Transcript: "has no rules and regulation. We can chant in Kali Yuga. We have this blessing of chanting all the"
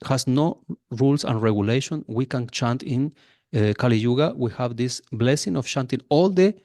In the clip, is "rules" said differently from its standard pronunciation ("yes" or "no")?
yes